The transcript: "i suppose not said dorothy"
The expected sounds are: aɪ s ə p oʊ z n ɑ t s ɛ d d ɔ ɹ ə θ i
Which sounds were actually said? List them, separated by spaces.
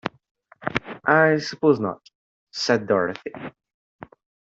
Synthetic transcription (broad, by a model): aɪ s ə p oʊ z n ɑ t s ɛ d d ɔ ɹ ə θ i